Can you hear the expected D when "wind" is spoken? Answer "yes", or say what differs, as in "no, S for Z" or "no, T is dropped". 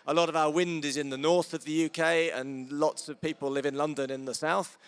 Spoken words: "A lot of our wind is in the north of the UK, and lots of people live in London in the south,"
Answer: yes